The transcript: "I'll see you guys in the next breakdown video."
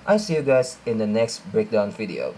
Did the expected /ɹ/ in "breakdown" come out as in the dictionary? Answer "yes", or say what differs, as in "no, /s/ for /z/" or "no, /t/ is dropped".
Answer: yes